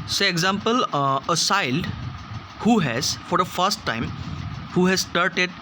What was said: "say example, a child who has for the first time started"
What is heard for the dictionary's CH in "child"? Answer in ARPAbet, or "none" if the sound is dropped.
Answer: S